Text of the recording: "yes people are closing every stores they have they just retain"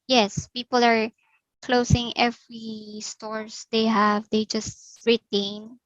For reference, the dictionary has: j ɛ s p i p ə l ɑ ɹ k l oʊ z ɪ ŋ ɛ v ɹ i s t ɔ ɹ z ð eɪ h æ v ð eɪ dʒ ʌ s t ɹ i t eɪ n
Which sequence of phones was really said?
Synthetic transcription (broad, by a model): j ɛ s p i p ə l ɑ ɹ k l oʊ s ɪ ŋ ɛ v ɹ i s t ɔ ɹ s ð eɪ h æ v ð eɪ dʒ ʌ s t ɹ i t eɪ n